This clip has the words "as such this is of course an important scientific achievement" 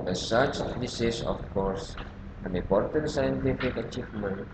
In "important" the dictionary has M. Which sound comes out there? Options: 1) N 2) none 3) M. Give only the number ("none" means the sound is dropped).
2